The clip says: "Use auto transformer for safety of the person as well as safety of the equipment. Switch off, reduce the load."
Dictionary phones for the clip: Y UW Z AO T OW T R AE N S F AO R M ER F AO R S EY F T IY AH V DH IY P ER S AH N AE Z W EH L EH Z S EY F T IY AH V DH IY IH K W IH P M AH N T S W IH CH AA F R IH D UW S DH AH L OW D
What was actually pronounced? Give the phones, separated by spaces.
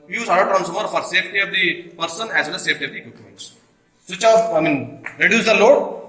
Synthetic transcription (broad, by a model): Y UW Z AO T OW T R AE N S AO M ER F AO R S EY F T IY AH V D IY P ER S AH N AE Z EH N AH S EY F T IY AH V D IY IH K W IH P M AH N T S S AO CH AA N R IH D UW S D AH L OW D